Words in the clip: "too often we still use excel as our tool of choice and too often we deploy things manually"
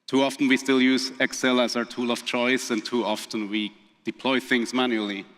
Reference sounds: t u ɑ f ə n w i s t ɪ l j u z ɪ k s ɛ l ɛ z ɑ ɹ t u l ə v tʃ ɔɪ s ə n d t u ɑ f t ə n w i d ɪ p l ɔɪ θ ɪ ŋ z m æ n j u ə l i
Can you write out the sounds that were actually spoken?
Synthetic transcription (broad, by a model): t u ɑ f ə n w i s t ɪ l j u z ɪ k s ɛ l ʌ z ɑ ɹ t u l ə v tʃ ɔɪ s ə n t u ɑ f t ə n w i d ɪ p l ɔɪ θ ɪ ŋ z m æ n j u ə l i